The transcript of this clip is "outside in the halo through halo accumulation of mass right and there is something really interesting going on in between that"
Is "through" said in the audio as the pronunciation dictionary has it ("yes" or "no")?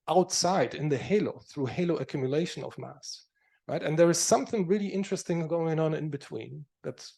yes